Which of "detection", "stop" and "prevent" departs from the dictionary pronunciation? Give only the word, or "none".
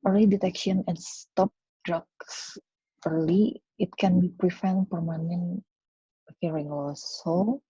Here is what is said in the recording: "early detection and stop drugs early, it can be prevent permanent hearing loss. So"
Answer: prevent